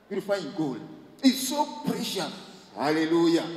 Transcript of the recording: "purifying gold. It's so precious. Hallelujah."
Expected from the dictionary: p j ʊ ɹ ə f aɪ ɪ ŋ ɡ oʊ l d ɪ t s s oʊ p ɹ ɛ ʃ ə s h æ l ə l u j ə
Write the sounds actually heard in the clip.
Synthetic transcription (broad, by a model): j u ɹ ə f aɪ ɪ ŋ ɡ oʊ l ɪ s s oʊ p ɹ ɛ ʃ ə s h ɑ l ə l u j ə